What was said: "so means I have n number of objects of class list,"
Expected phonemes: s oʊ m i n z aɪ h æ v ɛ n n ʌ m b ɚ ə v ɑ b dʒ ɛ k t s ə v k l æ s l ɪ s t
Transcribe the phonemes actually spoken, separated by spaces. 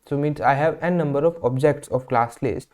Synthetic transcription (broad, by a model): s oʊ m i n s aɪ h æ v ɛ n n ʌ m b ɚ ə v ɑ b dʒ ɛ k t s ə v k l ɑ s l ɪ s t